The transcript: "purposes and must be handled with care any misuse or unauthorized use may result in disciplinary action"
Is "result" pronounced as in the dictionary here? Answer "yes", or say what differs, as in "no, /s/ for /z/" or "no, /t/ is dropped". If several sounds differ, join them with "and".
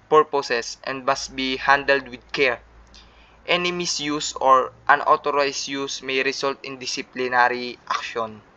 no, /s/ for /z/